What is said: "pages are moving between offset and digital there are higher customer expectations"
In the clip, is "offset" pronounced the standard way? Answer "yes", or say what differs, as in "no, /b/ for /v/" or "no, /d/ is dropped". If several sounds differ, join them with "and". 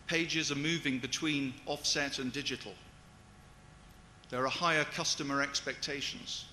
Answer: yes